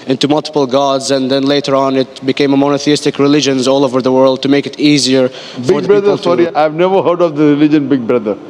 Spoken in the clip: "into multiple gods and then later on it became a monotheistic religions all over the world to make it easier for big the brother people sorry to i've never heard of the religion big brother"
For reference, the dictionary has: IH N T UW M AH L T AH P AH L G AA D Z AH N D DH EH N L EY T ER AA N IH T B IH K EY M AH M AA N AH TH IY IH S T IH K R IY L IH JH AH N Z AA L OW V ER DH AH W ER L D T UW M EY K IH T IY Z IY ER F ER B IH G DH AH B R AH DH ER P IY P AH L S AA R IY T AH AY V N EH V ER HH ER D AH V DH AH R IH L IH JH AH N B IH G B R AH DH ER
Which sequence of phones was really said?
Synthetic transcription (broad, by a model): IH N T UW M AH L T AH P AH L G AA D Z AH N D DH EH N L EY T ER AA N IH T B IH K EY M AH M AA N AH TH IY IH S T IH K R IY L IH JH AH N Z AA L OW V ER DH AH W ER L D T UW M EY K IH T IY Z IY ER ER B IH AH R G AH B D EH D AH S AA R IY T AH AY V N EH V ER HH ER D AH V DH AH R IH L IH JH AH N B IH G B R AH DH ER